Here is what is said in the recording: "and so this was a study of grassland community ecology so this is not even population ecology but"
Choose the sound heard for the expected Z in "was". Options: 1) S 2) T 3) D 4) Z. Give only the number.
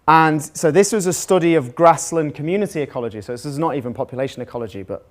4